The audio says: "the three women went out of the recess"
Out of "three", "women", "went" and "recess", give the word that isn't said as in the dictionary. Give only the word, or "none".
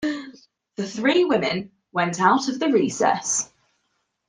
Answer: none